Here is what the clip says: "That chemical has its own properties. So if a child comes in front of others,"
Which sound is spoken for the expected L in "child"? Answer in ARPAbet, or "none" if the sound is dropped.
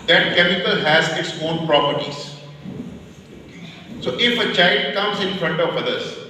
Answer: L